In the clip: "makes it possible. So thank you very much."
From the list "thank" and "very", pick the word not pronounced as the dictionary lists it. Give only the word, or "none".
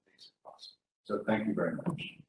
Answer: none